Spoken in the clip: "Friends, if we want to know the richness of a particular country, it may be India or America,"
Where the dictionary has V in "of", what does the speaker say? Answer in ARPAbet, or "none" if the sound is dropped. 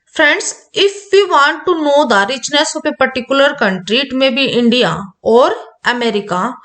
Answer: P